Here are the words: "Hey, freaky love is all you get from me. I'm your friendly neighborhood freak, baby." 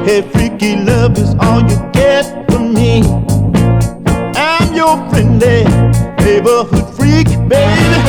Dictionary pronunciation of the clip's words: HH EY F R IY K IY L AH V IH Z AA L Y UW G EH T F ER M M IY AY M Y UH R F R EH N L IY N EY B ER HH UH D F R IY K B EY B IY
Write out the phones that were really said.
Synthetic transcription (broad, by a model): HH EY F R IY K IY L AH V IH Z AA L Y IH G EH T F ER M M IY AY M Y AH R F R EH N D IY N EY B ER HH UH D F R IY K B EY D